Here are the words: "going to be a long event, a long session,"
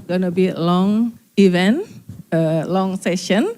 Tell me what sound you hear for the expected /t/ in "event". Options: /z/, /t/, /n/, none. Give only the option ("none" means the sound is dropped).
none